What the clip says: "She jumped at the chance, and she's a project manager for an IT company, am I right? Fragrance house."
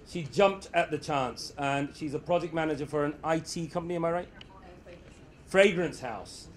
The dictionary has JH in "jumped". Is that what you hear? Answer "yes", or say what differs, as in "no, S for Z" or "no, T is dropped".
yes